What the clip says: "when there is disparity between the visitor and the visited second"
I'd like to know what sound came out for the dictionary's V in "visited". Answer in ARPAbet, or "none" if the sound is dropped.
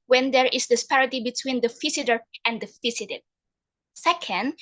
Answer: F